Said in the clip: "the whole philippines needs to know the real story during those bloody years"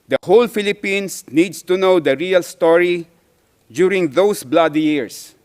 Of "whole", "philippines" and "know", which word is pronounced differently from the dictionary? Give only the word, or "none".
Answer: philippines